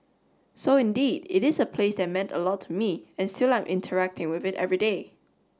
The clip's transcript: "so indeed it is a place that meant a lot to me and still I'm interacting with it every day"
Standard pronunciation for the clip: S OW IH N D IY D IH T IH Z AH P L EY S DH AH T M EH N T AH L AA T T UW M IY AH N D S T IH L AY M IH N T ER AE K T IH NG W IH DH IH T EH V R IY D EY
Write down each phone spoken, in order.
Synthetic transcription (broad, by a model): S OW IH N D IY D IH T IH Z AH P L EY S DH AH T M EH N T AH L AA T T UW M IY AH N S T IH L AY M IH N T ER AE K T IH NG W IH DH IH T EH V R IY D EY